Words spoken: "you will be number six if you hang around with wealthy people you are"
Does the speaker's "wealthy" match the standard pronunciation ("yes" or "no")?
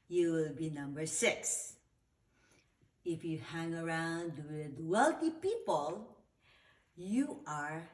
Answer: no